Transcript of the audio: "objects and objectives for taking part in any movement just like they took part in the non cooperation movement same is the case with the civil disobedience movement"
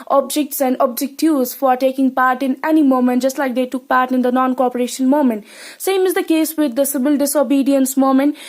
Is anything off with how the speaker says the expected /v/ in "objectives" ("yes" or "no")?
yes